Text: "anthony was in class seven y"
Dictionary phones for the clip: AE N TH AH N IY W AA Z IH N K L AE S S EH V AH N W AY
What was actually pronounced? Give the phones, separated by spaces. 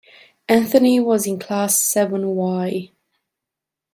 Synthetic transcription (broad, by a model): AE N TH AH N IY W AA Z IH N K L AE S S EH V AH N W AY